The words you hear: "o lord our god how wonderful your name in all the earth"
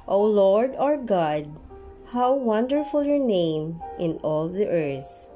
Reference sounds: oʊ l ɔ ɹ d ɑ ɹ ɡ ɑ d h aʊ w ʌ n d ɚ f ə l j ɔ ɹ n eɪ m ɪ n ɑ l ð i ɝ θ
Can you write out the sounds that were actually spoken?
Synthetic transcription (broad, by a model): oʊ l ɔ ɹ d ɑ ɹ ɡ ɑ d h aʊ w ʌ n d ɚ f ə l j ɔ ɹ n eɪ m ɪ n ɑ l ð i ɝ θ